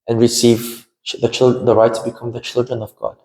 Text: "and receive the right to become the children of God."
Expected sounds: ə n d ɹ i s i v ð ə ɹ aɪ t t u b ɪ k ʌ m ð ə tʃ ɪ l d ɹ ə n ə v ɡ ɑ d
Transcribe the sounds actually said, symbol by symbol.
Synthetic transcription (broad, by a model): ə n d ɹ i s i v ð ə ɹ aɪ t t u b ɪ k ʌ m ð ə tʃ ɪ l d ɹ ə n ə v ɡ ɑ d